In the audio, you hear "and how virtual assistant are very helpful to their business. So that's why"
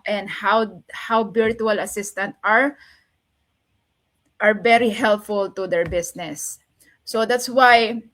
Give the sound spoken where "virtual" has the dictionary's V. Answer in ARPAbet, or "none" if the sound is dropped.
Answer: B